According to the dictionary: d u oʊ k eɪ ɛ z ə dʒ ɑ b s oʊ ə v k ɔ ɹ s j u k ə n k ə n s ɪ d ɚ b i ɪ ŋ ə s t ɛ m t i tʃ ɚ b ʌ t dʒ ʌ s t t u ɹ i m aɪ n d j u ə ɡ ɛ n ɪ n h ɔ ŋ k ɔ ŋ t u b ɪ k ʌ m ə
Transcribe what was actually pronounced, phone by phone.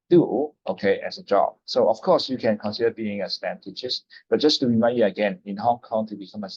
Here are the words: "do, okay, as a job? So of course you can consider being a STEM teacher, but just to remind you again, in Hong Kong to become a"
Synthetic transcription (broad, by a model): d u oʊ k eɪ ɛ s ə dʒ ɑ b s oʊ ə f k ɔ s j u k ə n k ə n s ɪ d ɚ b i ɪ ŋ ə s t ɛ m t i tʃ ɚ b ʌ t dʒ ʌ s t t u ɹ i m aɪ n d j u ə ɡ ɛ n ɪ n h ɔ ŋ k ɔ ŋ t u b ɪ k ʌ m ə